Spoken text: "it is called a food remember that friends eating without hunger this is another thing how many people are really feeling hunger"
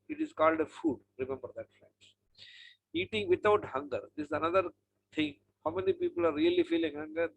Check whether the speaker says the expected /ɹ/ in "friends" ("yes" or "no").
no